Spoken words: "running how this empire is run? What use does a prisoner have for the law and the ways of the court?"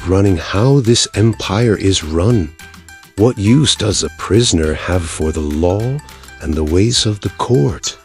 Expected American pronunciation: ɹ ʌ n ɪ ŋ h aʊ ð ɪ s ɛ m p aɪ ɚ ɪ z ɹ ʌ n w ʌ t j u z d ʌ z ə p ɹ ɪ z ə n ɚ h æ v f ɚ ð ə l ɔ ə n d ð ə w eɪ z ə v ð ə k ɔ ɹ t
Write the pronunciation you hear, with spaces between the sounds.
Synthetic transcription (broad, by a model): ɹ ʌ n ɪ ŋ h aʊ ð ɪ s ɛ m p aɪ ɚ ɪ z ɹ ʌ n w ʌ t j u z d ʌ z ə p ɹ ɪ z ə n ɚ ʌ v f ɚ ð ə l ɔ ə n ð ə w eɪ z ə v ð ə k ɔ ɹ t